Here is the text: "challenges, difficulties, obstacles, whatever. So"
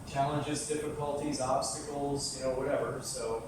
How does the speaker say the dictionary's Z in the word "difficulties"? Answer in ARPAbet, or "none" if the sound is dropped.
Z